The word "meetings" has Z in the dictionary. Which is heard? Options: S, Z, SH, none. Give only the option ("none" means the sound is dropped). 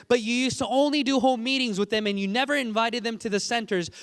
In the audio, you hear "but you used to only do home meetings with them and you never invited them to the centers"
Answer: Z